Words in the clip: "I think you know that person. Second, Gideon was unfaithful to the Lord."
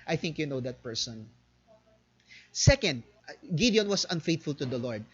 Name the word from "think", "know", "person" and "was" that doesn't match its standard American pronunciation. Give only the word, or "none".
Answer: was